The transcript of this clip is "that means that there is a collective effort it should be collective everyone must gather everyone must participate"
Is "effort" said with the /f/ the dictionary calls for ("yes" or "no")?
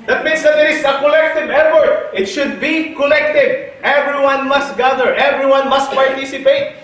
no